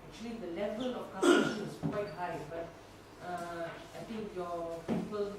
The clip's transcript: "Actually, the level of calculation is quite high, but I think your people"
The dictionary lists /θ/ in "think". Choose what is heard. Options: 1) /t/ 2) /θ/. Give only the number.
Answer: 1